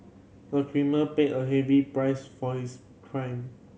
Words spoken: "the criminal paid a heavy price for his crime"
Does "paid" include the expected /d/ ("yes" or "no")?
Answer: no